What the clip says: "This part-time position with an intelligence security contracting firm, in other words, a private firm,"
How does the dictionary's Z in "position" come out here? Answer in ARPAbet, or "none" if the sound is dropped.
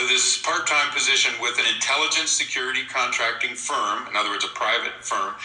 Z